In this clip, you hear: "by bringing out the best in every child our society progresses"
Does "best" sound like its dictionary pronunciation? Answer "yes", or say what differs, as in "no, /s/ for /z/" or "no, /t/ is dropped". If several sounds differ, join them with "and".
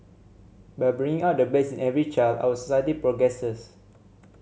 no, /t/ is dropped